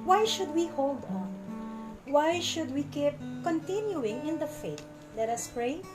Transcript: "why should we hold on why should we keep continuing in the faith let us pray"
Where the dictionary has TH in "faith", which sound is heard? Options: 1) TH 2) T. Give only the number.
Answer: 2